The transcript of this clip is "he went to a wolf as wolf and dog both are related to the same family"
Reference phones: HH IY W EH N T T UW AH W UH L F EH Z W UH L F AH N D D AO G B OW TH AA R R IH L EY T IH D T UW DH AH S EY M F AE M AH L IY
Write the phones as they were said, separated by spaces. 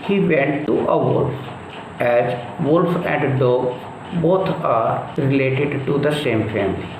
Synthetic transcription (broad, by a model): HH IY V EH N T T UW AH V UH L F EH Z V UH L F AH N D D AO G B OW T AA R R IH L EY T IH D T UW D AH S EY M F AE M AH L IY